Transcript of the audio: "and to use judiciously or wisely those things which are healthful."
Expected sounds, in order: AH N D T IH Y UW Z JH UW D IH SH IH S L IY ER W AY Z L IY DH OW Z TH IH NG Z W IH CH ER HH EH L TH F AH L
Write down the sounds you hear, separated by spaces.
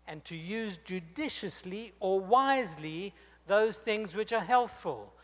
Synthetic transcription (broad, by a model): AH N T IH Y UW Z JH UW D IH SH IH S L IY ER W AY Z L IY DH OW Z TH IH NG Z W IH CH ER HH EH L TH F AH L